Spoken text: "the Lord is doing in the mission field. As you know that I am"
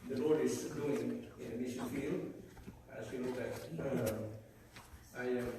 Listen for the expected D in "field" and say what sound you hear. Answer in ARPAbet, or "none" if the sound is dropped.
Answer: none